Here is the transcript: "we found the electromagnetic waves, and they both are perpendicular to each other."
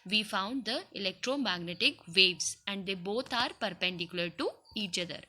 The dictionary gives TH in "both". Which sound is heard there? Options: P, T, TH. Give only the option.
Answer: T